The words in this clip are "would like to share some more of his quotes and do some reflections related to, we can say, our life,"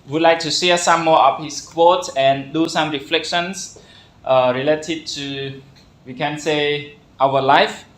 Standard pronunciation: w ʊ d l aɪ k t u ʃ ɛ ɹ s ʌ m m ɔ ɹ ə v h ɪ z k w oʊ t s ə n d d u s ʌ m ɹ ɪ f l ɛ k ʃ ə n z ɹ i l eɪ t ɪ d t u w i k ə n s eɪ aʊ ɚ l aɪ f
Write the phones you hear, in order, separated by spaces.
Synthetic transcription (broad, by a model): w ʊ d l aɪ k t u s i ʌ s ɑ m m ɔ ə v h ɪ s k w oʊ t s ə n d d u s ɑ m ɹ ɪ f l ɛ k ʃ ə n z ɹ i l eɪ t ɪ d t u w i k ə n s eɪ aʊ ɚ l aɪ f